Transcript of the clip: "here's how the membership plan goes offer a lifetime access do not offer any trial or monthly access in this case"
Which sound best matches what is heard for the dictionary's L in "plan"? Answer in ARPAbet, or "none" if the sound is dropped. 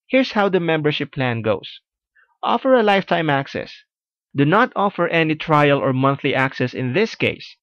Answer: L